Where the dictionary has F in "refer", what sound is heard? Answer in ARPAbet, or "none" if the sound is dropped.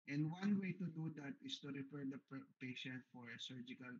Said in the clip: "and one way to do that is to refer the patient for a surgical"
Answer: P